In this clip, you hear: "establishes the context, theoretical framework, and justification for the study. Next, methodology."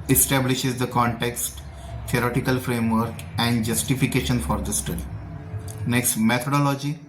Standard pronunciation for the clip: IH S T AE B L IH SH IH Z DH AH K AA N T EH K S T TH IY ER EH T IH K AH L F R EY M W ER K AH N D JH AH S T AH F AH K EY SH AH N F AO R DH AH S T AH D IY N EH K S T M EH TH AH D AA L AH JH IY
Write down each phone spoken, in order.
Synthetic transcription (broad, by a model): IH S T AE B L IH SH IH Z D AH K AA N T EH K S T T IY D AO T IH K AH L F R EY M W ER K AH N D JH AH S T AH F AH K EY SH AH N F AO R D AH S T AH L N EH K S T M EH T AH D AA L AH JH IY